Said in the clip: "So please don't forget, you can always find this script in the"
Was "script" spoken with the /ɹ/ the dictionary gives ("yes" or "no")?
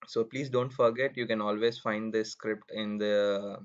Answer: yes